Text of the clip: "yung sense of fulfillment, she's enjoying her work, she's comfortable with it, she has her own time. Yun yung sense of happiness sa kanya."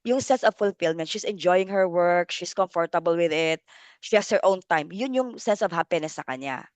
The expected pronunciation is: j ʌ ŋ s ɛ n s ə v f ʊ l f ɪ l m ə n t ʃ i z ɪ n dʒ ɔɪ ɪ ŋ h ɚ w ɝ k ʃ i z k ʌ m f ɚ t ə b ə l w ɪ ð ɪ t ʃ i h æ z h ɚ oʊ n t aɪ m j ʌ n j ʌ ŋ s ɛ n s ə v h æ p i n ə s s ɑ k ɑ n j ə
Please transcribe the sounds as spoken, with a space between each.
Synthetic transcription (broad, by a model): j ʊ ŋ s ɛ n s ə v f ʊ l f ɪ l m ə n t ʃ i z ɪ n dʒ ɔɪ ɪ ŋ h ɚ w ɝ k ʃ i s k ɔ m f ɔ t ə b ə l w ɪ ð ɪ t ʃ i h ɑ s h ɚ oʊ n t aɪ m j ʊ n j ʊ ŋ s ɛ n s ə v h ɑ p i n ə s s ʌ k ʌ n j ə